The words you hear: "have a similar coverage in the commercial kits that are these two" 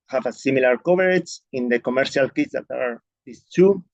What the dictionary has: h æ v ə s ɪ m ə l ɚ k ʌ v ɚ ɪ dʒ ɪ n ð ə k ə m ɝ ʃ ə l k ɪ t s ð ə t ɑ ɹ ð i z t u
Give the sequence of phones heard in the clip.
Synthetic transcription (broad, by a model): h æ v ə s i m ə l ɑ k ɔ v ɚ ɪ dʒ ɪ n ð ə k ə m ɝ ʃ ə l k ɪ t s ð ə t ɑ ɹ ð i s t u